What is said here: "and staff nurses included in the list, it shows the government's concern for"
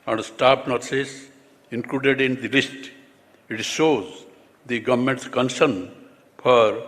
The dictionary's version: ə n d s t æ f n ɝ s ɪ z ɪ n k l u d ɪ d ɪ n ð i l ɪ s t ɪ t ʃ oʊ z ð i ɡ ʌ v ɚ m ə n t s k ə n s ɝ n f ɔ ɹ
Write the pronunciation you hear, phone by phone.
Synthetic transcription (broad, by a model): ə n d s t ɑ p n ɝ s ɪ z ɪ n k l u d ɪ d ɪ n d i l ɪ s t ɪ t ʃ oʊ z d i ɡ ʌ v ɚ m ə n t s k ə n s ɝ n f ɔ ɹ